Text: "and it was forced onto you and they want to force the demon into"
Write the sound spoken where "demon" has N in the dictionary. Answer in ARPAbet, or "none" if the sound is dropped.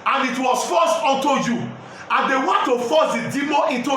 none